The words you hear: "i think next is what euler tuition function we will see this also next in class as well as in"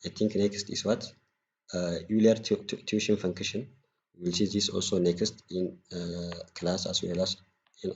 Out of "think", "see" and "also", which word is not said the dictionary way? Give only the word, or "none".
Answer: think